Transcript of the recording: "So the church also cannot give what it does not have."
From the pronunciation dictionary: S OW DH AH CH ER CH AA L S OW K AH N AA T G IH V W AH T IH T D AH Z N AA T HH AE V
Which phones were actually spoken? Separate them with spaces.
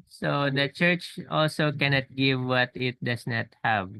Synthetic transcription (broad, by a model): S OW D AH CH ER CH AA L S OW K AH N AA T G IH V W AH T IH T D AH S N AA T HH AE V